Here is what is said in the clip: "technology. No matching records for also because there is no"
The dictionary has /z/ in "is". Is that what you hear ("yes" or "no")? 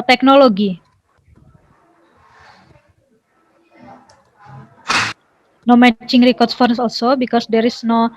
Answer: no